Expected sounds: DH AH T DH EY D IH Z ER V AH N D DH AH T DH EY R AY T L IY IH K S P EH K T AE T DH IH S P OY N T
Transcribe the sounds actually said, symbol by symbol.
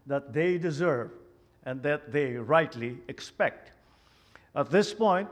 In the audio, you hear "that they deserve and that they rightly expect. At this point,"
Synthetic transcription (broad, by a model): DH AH T DH EY D IH Z ER V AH N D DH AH T DH EY R AY T L IY IH K S P EH K T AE T DH IH S P OY N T